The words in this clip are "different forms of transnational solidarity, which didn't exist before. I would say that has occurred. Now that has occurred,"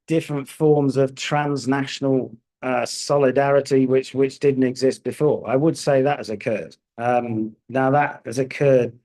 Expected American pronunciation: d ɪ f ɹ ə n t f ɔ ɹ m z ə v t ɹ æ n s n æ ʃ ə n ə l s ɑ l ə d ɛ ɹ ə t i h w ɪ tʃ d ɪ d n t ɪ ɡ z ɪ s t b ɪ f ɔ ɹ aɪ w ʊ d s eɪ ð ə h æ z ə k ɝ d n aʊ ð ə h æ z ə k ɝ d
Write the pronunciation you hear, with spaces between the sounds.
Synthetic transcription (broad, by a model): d ɪ f ɹ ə n t f ɔ ɹ m z ə v t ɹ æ n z n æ ʃ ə n ə l s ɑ l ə d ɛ ɹ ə t i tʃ w ɪ tʃ d ɪ d n t ɪ ɡ z ɪ s t b ɪ f ɔ ɹ aɪ w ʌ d s eɪ ð ə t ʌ z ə k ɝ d n aʊ ð ə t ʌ z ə k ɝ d